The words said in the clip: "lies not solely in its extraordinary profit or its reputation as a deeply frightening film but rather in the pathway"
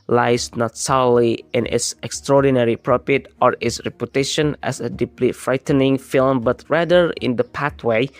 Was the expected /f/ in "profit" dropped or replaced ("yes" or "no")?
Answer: yes